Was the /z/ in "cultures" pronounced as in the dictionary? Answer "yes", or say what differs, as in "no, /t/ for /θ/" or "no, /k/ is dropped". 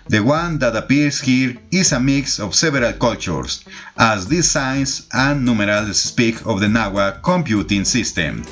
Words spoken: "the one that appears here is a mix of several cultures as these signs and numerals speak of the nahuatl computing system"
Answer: no, /s/ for /z/